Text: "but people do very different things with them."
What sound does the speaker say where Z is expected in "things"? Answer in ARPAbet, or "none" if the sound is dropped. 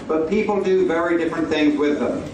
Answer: Z